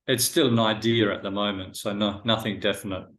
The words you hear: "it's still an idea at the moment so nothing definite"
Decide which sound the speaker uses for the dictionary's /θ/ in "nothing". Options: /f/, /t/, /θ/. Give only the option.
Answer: /θ/